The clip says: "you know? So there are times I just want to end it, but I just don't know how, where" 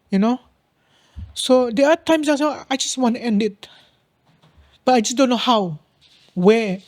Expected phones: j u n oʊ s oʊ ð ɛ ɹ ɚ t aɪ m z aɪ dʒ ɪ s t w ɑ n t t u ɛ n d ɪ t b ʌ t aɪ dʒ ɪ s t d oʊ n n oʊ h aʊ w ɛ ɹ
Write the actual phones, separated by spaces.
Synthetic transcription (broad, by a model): j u n oʊ s oʊ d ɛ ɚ t aɪ m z aɪ dʒ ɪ s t w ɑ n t t u ɛ n d ɪ t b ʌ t aɪ dʒ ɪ s d oʊ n n oʊ h aʊ w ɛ